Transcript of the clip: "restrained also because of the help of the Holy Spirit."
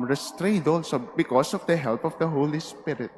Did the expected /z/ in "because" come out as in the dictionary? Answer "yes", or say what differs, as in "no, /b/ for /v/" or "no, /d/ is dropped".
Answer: no, /s/ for /z/